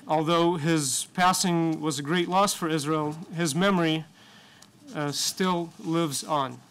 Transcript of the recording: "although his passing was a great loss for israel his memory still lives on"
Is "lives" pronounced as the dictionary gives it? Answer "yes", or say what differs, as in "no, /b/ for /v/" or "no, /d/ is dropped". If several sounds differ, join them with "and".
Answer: yes